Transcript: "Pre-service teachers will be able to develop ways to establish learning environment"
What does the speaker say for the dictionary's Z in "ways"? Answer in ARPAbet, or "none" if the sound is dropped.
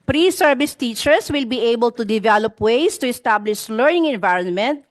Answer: S